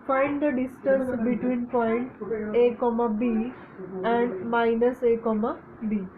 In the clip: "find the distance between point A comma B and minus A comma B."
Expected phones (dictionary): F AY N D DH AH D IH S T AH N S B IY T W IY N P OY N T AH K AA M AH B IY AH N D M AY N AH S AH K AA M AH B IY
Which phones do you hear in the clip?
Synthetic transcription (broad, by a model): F AY N D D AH D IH S T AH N S B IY T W IY N P OY N T AH K AA M AH B IY AH N D M AY N AH S AH K AA M AH B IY